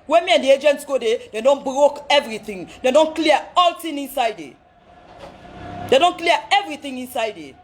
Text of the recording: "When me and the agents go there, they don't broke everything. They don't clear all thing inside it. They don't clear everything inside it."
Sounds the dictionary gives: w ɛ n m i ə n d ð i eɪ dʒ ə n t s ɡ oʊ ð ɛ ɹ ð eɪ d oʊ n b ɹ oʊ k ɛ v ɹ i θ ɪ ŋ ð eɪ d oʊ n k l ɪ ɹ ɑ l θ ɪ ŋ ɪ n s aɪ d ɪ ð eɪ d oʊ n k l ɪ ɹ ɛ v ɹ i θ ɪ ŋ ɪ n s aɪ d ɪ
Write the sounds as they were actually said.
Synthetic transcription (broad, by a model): w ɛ m i ə n d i eɪ dʒ ə n t s ɡ oʊ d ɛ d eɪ d oʊ n b ɹ oʊ k ɛ v ɹ i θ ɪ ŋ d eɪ d oʊ n k l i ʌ ɑ l t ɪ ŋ ɪ n s aɪ d ɪ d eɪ d oʊ n k l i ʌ ɛ v ɹ i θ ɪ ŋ ɪ n s aɪ d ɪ